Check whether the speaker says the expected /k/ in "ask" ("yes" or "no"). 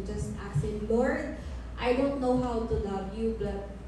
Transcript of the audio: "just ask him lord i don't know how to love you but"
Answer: no